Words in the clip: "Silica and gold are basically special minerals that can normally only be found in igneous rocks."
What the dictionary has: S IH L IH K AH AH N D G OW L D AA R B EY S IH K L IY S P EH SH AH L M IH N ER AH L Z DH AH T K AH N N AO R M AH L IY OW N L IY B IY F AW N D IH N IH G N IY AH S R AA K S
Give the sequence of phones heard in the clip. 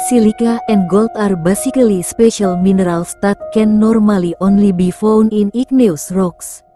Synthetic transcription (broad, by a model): S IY L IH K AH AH N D G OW L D AA R B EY S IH K L IY S P EH SH AH L M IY N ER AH L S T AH T K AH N N AO R M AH L IY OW N L IY B IY F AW N IH N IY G N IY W S R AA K S